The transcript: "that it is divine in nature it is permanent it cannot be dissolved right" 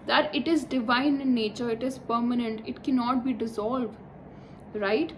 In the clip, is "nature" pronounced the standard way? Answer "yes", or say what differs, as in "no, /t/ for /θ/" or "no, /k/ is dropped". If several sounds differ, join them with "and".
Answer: yes